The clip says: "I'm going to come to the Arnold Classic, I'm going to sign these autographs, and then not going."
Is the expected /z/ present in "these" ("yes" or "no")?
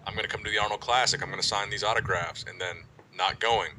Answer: yes